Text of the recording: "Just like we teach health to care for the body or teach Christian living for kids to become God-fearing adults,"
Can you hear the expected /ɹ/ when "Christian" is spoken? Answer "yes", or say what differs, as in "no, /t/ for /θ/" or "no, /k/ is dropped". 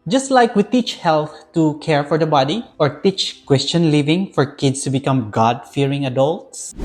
no, /w/ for /ɹ/